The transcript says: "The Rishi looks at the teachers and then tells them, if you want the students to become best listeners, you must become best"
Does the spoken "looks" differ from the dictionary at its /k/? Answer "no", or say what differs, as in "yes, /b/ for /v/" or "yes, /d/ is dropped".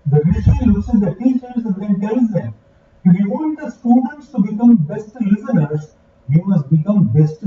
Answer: yes, /k/ is dropped